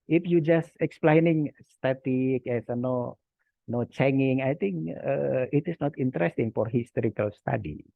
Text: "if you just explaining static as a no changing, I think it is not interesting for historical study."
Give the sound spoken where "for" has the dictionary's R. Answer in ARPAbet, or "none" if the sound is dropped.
R